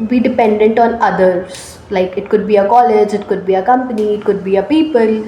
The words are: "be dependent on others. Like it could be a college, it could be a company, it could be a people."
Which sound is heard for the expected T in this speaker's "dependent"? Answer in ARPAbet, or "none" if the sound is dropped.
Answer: T